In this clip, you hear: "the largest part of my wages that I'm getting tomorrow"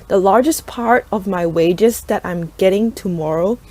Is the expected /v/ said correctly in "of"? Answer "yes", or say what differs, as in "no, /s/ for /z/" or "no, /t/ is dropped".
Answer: yes